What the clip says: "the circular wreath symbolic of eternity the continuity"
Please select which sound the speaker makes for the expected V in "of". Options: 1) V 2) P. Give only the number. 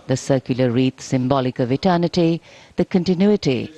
1